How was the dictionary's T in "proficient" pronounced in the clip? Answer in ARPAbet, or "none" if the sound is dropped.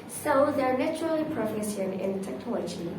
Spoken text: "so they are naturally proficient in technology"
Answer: none